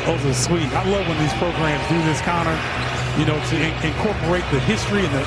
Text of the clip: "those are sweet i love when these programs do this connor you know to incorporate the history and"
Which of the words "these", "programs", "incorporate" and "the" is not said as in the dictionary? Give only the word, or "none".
none